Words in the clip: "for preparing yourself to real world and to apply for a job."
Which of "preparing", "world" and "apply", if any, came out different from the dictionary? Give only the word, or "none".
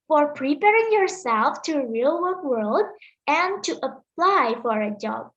none